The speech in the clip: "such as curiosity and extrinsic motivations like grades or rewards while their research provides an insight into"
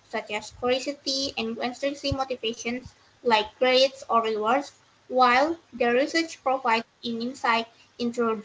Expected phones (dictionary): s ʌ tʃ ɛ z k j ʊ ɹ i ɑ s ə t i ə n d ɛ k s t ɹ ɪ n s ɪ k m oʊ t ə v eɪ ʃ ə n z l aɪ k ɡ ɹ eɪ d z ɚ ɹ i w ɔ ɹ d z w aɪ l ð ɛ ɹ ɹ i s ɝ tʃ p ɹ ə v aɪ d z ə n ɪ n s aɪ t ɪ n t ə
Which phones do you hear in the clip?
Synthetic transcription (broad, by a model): s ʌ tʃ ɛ s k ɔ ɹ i s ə t i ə n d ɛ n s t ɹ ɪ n s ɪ m oʊ t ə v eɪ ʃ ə n s l aɪ k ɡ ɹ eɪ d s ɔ ɹ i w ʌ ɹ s w aɪ l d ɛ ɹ ɹ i s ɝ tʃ p ɹ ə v aɪ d ə n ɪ n s aɪ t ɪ n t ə